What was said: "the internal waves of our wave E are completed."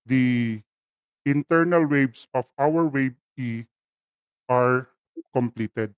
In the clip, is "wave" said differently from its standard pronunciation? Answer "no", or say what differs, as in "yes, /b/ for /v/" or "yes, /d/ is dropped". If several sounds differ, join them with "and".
yes, /b/ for /v/